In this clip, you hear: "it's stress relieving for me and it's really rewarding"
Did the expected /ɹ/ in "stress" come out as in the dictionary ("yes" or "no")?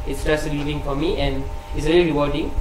no